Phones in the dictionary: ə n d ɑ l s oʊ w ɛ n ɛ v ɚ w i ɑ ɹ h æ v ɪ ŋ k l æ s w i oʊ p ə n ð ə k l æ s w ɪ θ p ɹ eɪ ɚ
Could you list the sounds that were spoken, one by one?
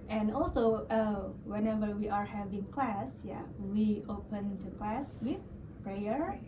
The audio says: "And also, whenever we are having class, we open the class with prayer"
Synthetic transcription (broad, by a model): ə n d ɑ l s oʊ w ɛ n ɛ v ɚ w i ɑ ɹ h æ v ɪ ŋ k l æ s w i oʊ p ə n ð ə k l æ s w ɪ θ p ɹ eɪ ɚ